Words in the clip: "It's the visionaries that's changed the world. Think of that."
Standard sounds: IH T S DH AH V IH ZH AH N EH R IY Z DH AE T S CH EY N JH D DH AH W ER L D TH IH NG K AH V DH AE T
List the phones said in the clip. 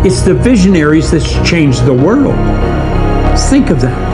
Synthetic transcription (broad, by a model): IH T S DH AH V IH ZH AH N EH R IY Z DH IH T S CH EY N JH DH AH W ER L D TH IH NG K AH V DH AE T